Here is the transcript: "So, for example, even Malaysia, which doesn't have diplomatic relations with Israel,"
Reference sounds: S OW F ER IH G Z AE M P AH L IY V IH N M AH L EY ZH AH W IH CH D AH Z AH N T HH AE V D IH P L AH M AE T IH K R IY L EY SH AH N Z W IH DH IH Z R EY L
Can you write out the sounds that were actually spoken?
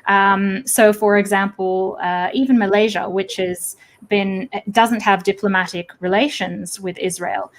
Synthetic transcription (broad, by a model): S OW F ER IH G Z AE M P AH IY V IH N M AH L EY ZH AH W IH CH D AH Z AH N T HH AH V D IH P L AH M AE T IH K R IY L EY SH AH N Z W IH DH IH Z R EY L